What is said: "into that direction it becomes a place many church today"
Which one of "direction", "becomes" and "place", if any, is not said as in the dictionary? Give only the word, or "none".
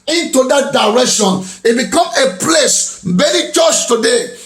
becomes